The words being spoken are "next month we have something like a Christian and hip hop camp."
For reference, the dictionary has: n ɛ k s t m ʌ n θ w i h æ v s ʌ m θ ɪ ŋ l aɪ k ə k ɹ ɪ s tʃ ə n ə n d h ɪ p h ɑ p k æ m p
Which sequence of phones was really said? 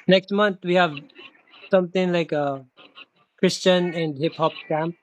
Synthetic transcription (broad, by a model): n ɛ k s t m ʌ n t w i h æ v s ʌ m t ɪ ŋ l aɪ k ə k ɹ ɪ s tʃ ə n ə n d h ɪ p h ɑ p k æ m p